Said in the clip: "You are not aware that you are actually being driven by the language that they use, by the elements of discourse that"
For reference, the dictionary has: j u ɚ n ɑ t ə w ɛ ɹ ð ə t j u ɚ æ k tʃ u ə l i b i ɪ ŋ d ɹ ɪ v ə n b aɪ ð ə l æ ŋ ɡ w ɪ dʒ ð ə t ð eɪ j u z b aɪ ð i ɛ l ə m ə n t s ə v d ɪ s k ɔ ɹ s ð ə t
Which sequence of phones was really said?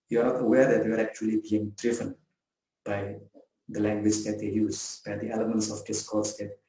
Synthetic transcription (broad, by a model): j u ɚ n ɑ t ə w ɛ ɹ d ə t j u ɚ æ k tʃ u ə l i b i ɪ ŋ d ɹ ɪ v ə n b aɪ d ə l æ ŋ ɡ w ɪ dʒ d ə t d eɪ j u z b aɪ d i ɛ l ə m ə n t s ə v d ɪ s k ɔ ɹ s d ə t